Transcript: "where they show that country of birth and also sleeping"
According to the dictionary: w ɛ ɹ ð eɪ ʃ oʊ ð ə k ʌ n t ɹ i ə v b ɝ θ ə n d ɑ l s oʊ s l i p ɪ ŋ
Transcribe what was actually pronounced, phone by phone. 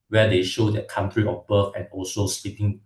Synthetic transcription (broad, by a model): w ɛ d eɪ ʃ oʊ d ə k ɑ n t ɹ i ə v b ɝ f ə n ɑ l s oʊ s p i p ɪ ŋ